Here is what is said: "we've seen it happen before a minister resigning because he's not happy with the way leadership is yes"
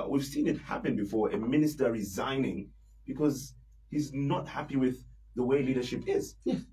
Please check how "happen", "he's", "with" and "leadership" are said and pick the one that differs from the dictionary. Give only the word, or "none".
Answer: none